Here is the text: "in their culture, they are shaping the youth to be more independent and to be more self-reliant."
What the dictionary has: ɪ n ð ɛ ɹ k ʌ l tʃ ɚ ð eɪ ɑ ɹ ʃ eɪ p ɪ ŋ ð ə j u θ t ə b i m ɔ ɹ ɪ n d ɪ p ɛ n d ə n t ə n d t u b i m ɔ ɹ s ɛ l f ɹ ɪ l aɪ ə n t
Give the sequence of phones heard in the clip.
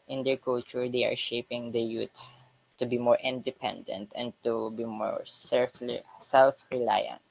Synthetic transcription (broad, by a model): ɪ n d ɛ ɹ k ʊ l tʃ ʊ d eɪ ɑ ɹ ʃ eɪ p ɪ ŋ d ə j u t t ə b i m ɔ ɹ ɪ n d ɪ p ɛ n d ə n t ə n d t u b i m ɔ ɹ s ɛ l f ɹ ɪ l aɪ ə n t